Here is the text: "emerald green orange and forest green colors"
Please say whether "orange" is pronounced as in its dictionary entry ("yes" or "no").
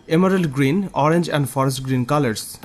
yes